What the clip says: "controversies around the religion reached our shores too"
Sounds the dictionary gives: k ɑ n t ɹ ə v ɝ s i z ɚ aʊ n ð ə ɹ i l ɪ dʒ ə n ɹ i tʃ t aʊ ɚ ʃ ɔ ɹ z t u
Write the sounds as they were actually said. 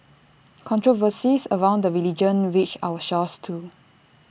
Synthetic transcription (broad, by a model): k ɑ n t ɹ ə v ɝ s i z ɚ aʊ n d ə ɹ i l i dʒ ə n w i tʃ aʊ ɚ ʃ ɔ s t u